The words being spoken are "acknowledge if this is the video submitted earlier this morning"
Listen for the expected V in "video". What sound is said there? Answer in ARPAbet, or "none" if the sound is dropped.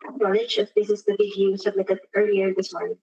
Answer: B